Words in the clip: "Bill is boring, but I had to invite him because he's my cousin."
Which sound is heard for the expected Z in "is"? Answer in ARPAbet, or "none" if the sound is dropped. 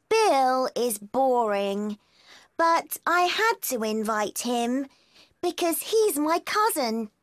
Z